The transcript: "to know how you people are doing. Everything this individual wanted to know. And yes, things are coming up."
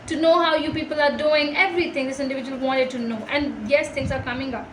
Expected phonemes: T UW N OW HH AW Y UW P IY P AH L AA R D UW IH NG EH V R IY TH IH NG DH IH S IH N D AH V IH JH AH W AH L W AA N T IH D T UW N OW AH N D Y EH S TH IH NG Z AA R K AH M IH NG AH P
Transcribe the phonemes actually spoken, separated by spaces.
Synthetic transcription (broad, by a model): T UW N OW HH AW Y UW P IY P AH L AA R D UW IH NG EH V R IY T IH NG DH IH S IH N D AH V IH JH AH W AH L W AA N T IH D T UW N OW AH N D Y EH S T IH NG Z AA R K AH M IH NG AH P